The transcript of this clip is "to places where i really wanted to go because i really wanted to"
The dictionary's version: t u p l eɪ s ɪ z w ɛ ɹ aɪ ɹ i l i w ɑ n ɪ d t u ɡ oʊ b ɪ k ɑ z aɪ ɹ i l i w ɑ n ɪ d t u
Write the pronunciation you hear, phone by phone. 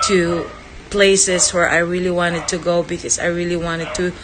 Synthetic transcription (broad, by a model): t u p l eɪ s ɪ s w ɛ ɹ aɪ ɹ i l i w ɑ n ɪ d t u ɡ oʊ b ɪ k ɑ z aɪ ɹ i l i w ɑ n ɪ d t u